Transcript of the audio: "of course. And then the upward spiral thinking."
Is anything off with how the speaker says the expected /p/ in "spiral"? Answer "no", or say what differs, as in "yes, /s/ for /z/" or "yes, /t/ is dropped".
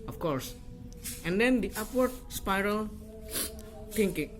no